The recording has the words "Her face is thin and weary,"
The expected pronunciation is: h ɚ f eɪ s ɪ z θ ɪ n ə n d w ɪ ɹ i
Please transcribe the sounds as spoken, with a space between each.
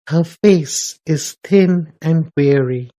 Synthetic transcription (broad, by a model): h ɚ f eɪ s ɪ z θ ɪ n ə n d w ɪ ɹ i